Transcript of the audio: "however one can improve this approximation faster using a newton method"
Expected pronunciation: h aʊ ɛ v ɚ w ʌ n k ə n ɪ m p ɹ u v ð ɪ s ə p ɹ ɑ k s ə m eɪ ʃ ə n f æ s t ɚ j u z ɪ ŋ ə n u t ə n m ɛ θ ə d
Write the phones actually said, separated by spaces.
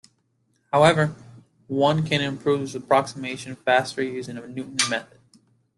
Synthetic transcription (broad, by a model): h aʊ ɛ v ɚ w ʌ n k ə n ɪ m p ɹ u v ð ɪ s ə p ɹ ɑ k s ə m eɪ ʃ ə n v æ s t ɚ j u z ɪ ŋ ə n u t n m ɛ θ ə d